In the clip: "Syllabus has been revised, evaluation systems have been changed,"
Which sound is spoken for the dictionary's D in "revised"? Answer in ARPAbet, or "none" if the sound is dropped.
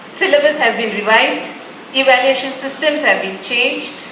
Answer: D